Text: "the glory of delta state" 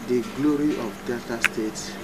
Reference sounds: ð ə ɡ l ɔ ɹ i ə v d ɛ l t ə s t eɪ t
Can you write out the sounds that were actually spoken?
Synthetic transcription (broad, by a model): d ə ɡ l ɔ ɹ i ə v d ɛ t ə s t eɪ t